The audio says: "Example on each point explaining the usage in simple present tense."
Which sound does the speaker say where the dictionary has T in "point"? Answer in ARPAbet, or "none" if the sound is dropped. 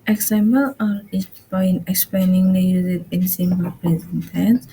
none